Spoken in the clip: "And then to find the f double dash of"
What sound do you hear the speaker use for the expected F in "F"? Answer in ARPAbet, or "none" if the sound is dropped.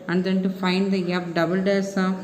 P